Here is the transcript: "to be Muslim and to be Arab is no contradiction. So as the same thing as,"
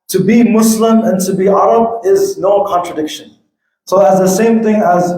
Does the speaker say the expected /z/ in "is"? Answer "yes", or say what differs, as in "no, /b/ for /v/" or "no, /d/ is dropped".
yes